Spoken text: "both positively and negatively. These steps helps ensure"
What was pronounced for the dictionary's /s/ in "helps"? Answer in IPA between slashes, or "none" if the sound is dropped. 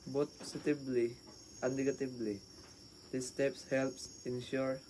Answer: /s/